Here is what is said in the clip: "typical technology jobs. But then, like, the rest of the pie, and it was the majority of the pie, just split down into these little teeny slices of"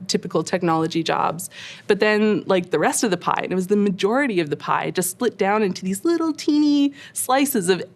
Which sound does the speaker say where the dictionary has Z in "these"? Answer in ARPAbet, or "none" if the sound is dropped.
Z